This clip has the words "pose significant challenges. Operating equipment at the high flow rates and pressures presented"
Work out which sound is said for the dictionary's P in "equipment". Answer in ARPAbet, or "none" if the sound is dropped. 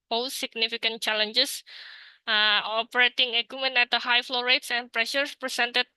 none